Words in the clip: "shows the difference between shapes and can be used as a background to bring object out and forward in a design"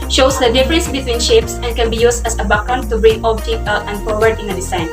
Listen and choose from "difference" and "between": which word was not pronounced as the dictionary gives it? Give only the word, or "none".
none